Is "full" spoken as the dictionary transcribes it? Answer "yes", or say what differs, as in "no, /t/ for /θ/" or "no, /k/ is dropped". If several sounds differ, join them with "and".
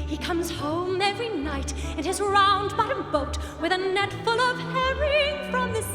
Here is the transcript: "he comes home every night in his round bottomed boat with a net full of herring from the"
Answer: yes